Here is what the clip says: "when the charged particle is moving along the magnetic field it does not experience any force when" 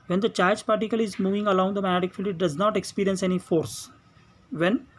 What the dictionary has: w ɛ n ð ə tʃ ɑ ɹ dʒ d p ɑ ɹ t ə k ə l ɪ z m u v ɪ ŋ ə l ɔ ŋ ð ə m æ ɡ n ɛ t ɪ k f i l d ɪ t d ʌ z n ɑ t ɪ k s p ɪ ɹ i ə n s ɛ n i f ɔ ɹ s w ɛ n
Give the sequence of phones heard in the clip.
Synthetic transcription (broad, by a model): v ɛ n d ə tʃ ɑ ɹ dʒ p ɑ ɹ t ə k ə l ɪ z m u v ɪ ŋ ə l ɔ ŋ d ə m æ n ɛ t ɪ k f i l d ɪ t d ʌ z n ɑ t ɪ k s p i ɹ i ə n s ɛ n i f ɔ ɹ s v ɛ n